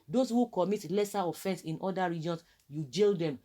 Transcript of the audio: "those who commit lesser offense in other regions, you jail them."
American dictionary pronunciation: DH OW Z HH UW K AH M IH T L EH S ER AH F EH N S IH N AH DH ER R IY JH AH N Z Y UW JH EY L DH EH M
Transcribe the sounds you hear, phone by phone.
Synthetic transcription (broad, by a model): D OW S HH UW K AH M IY T L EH S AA AH F EH N S IH N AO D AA R IY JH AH N S Y UW JH EY L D EH M